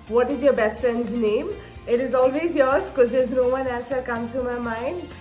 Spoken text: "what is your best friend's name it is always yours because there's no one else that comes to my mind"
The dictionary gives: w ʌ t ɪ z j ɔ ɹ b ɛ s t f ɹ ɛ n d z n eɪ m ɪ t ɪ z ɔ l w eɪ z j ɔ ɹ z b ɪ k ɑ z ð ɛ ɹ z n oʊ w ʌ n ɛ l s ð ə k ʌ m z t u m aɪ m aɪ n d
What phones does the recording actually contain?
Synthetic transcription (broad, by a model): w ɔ t ɪ z j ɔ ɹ b ɛ s t f ɹ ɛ n d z n eɪ m ɪ t ɪ z ɔ l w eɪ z j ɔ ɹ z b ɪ k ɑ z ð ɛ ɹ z n oʊ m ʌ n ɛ s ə k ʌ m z t u m aɪ m aɪ n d